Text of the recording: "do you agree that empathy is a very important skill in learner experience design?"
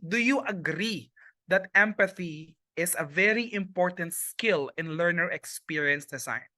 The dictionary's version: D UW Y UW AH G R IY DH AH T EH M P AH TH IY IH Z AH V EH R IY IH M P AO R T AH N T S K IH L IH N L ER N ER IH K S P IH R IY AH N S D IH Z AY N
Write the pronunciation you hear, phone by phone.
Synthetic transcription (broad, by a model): D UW Y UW AH G R IY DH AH T EH M P AH TH IY IH S AH V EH R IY IH M P AO R T AH N T S K IH L IH N L ER N ER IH K S P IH R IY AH N S D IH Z AY N